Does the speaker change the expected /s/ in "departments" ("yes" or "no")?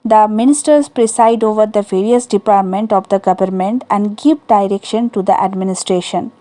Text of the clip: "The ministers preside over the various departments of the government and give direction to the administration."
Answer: yes